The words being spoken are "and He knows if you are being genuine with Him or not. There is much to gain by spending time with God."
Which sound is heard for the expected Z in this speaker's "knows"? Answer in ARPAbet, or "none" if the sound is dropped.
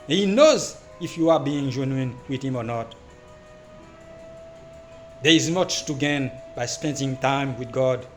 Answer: Z